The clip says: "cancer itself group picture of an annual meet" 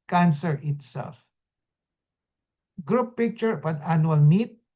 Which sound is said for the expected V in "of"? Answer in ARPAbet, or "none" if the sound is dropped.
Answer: B